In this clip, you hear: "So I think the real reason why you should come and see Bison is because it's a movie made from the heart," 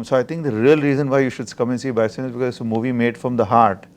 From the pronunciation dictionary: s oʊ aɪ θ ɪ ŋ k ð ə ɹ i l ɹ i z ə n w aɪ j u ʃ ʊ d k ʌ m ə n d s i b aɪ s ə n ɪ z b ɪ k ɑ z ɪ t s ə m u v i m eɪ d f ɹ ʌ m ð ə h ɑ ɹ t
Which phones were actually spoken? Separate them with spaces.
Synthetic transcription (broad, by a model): s oʊ aɪ t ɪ ŋ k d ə ɹ i l ɹ i z ə n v aɪ j u ʃ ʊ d k ʌ m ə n s i b aɪ s ə n ɪ z b ɪ k ɑ z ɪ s ə m u v i m eɪ d f ɹ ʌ m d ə h ɑ ɹ t